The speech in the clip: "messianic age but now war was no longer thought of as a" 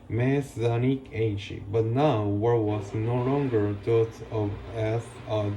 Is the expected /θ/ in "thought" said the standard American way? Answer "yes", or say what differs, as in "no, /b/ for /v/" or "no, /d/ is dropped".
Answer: no, /t/ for /θ/